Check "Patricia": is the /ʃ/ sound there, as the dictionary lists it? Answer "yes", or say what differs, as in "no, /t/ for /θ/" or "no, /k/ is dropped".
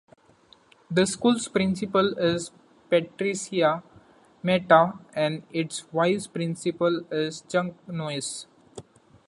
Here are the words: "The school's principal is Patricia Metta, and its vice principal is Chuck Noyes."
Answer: no, /s/ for /ʃ/